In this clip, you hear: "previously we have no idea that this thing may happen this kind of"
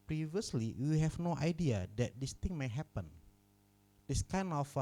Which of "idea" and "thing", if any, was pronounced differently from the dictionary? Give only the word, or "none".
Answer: thing